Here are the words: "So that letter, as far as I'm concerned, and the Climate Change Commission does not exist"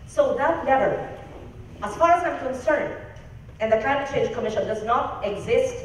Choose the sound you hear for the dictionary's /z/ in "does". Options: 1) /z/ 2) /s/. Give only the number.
1